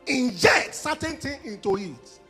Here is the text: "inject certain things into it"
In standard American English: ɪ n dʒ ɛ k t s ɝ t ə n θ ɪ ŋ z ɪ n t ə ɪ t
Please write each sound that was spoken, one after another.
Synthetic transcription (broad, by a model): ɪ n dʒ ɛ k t s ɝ t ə n t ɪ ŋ ɪ n t ə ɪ t